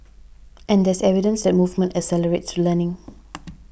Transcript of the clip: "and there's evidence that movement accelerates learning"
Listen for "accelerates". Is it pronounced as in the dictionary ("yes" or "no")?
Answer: no